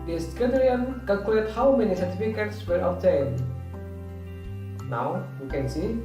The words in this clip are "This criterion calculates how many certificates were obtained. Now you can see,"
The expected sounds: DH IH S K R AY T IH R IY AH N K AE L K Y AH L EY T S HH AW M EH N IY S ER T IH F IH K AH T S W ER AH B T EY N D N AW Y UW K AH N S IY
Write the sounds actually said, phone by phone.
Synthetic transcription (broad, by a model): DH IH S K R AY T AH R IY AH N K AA K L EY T HH AW M EH N IY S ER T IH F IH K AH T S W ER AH T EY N N AW Y UW K AH N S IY